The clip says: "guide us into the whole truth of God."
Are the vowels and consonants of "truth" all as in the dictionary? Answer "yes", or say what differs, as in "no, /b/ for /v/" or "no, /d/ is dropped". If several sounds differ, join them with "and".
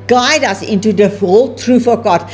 no, /f/ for /θ/